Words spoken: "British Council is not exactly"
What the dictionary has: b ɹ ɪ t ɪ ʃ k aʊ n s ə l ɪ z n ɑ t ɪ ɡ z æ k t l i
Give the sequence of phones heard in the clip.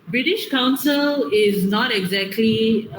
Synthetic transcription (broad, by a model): b ɹ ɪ t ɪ ʃ k aʊ n s ə l ɪ z n ɑ t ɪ ɡ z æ k t l i